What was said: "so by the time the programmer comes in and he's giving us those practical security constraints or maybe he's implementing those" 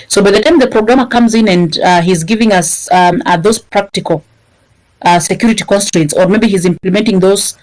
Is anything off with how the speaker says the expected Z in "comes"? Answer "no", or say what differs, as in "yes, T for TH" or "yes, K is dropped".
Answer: no